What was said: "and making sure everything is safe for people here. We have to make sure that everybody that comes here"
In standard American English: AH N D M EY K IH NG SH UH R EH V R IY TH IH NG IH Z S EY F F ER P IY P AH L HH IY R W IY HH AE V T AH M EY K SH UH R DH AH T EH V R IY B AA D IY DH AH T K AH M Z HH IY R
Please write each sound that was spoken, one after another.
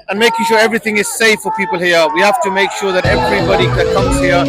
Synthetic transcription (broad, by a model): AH N M EY K IH NG SH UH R EH V R IY TH IH NG IH Z S EY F F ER P IY P AH L HH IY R W IY HH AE F T AH M EY K SH UH R DH AH T EH V R IY B AA D IY DH AH T K AH M Z HH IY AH